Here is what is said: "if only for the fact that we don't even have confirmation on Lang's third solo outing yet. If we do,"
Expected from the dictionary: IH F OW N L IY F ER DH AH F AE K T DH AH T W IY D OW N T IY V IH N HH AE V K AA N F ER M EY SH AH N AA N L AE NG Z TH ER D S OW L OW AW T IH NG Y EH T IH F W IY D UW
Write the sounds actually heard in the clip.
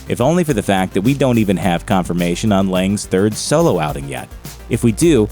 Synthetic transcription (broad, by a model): IH F OW N L IY F ER DH AH F AE K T DH AH T W IY D OW N T IY V IH N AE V K AA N F ER M EY SH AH N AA N L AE NG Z TH ER D S OW L OW AW T IH NG Y EH T IH F W IY D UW